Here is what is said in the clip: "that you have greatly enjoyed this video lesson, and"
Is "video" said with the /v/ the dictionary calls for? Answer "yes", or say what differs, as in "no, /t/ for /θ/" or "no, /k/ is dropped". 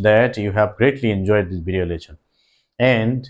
no, /b/ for /v/